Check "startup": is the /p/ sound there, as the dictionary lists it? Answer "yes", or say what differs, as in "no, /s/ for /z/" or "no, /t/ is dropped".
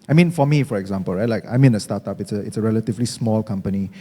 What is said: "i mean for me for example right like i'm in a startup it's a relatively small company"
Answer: no, /p/ is dropped